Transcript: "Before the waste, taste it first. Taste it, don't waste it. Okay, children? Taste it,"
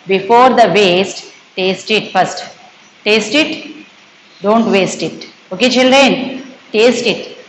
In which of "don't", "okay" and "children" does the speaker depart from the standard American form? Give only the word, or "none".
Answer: none